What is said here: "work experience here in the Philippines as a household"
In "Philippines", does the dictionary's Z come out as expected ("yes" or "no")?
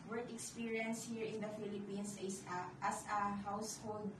no